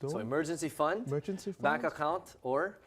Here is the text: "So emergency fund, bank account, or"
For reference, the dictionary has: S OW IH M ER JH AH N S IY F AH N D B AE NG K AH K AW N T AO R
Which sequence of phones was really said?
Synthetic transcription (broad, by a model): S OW IH M ER JH AH N S IY F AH N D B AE K AH K AW N T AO R